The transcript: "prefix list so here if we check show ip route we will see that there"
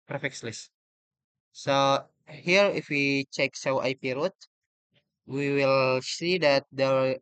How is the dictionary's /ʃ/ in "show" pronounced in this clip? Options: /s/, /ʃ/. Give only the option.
/s/